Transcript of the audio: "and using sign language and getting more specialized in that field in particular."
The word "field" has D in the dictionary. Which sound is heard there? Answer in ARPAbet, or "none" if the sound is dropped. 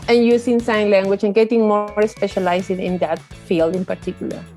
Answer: D